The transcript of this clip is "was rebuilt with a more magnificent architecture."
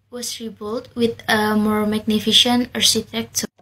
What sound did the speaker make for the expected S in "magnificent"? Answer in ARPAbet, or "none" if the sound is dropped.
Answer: SH